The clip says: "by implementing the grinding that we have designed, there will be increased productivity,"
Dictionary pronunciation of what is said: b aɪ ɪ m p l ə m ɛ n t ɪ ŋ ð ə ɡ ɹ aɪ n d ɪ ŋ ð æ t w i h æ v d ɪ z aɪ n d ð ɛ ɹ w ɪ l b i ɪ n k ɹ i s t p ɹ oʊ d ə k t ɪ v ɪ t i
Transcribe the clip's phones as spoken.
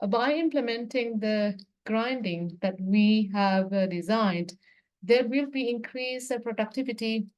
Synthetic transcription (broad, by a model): b aɪ ɪ m p l ə m ɛ n t ɪ ŋ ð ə ɡ ɹ aɪ n d ɪ ŋ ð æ t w i h æ v d ɪ z aɪ n d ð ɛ ɹ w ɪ l b i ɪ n k ɹ i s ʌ p ɹ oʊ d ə k t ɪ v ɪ t i